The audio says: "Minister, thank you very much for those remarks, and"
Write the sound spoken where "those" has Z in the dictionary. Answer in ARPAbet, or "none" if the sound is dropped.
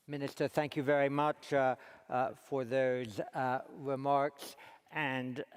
Z